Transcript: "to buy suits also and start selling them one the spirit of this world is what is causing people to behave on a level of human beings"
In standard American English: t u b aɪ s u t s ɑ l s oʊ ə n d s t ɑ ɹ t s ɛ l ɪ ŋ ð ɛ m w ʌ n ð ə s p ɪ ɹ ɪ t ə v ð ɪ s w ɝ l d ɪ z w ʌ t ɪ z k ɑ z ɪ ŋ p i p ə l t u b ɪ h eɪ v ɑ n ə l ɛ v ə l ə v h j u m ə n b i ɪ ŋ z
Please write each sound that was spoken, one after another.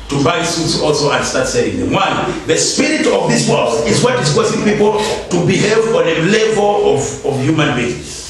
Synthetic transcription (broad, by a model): t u b aɪ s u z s ɑ l s oʊ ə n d s t ɑ ɹ t s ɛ ɪ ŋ ð ɛ m w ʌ n ð ə s p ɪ ɹ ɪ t ə v ð ɪ s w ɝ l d ɪ z w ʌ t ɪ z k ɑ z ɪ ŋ p i p ə l t u b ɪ h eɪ v ɑ n ə l ɛ v ə l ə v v j u m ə n b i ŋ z